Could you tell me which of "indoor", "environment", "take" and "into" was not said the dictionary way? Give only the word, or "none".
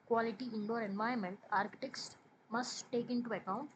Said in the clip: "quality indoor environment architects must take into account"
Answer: environment